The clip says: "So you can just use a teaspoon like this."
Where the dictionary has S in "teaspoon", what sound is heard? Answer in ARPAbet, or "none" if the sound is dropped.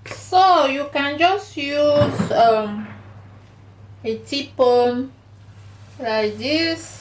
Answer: none